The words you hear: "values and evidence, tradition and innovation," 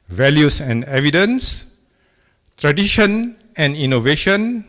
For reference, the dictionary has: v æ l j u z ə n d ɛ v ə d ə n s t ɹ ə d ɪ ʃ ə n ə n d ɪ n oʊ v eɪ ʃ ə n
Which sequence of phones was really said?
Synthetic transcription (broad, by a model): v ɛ l j u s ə n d ɛ v ə d ə n s t ɹ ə d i ʃ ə n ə n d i n oʊ v eɪ ʃ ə n